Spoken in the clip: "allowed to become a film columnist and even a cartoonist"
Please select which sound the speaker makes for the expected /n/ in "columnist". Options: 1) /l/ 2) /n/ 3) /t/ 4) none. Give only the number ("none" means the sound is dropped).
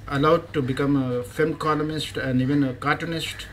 4